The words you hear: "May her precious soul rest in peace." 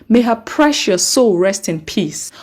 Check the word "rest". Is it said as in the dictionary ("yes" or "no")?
yes